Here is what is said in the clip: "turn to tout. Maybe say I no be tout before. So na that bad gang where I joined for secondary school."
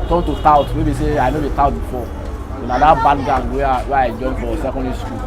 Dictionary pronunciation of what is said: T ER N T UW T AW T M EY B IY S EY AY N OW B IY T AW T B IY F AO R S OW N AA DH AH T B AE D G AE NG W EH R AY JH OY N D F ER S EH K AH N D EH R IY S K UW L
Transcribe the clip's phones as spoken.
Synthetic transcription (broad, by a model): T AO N T UW T AW T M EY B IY S EY AY N OW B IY T AW T B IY F AO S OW N AA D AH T B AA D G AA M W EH W AY JH OY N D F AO S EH K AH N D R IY S K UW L